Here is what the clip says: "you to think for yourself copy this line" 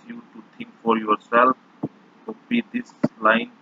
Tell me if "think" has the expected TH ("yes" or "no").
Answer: no